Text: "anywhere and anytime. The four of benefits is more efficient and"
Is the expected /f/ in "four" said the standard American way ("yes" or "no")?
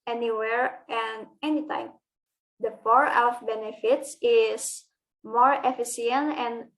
no